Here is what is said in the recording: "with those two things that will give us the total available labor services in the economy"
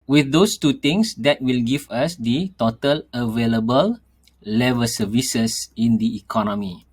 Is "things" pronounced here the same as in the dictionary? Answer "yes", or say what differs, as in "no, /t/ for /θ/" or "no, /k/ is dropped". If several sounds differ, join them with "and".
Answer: no, /t/ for /θ/